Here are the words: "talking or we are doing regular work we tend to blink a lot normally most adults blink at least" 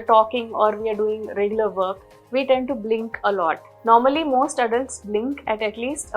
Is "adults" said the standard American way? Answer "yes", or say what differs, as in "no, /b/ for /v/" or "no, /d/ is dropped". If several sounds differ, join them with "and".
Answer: yes